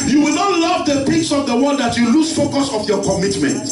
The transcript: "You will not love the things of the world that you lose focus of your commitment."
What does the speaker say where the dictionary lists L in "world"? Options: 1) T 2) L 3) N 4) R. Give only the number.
3